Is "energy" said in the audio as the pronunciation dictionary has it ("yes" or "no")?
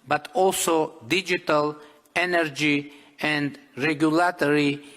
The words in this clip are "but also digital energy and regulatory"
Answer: yes